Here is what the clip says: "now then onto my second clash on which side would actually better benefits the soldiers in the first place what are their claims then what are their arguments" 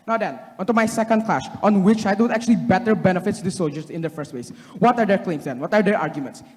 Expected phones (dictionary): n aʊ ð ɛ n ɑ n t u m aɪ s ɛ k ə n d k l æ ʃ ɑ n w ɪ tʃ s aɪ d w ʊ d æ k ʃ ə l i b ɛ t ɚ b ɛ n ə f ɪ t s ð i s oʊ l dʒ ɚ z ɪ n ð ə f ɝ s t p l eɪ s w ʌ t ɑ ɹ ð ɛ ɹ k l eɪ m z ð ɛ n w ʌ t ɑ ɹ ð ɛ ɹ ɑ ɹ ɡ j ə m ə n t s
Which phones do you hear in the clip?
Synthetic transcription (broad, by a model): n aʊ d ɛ n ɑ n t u m aɪ s ɛ k ə n d k l æ ʃ ɑ n w ɪ tʃ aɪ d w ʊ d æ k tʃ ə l i b ɛ t ɚ b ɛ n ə f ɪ t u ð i s oʊ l dʒ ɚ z ɪ n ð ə f ɝ s t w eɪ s w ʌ t ɑ ɹ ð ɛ ɹ k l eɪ m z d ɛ n w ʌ t ɑ ɹ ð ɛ ɹ ɑ ɹ ɡ j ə m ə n t s